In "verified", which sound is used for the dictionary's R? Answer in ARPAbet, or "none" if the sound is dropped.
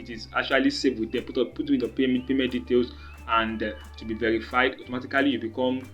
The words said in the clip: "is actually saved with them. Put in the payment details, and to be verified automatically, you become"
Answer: R